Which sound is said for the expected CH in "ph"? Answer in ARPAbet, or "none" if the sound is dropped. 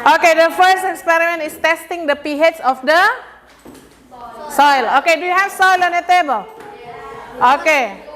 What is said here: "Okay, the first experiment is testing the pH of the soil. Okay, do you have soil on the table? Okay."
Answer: S